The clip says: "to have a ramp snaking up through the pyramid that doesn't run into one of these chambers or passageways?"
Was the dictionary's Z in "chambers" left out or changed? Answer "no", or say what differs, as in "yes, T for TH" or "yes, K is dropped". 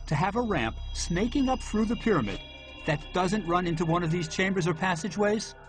no